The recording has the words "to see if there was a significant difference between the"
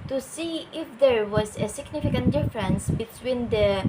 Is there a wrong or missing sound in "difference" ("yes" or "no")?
no